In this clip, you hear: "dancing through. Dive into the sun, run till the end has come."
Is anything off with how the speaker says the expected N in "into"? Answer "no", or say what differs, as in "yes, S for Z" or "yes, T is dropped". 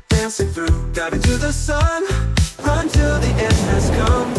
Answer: yes, N is dropped